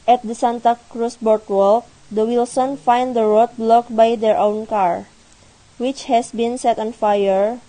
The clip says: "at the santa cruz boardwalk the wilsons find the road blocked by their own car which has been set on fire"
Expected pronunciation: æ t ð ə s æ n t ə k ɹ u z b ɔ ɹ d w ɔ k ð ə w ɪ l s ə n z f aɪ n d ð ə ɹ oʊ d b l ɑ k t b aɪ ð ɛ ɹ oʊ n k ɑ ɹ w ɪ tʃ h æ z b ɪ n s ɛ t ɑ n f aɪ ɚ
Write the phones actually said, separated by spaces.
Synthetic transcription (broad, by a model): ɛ t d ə s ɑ n t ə k ɹ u s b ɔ ɹ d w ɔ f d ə w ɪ l s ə n f aɪ n d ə ɹ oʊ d b l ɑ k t b aɪ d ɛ ɹ oʊ n k ɑ ɹ w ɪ tʃ h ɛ s b ɪ n s ɛ t ɑ n f aɪ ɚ